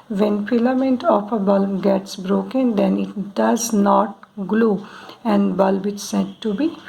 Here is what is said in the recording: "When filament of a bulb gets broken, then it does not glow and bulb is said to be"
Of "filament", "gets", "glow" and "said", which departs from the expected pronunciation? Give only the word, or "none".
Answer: filament